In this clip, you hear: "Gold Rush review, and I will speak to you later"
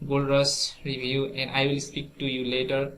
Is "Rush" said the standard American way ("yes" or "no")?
no